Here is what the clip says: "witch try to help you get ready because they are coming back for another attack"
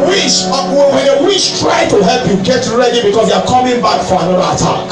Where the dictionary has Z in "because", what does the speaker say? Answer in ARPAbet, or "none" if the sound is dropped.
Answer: S